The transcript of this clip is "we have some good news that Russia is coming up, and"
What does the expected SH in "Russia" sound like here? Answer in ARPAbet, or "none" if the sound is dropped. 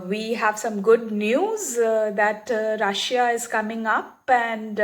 SH